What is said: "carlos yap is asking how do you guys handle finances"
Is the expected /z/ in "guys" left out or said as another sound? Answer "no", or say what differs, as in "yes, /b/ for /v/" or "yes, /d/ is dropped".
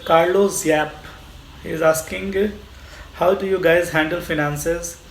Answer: no